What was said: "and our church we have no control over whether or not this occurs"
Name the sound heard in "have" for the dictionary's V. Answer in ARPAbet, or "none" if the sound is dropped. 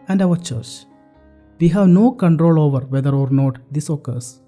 V